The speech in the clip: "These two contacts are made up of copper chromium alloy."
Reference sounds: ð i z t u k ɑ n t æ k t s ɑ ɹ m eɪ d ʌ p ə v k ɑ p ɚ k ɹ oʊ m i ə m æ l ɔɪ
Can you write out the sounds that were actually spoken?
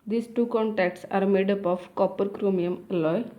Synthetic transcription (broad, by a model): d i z t u k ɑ n t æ k t s ɑ ɹ m eɪ d ʌ p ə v k ɑ p ɚ k ɹ oʊ m i ə m l ɔɪ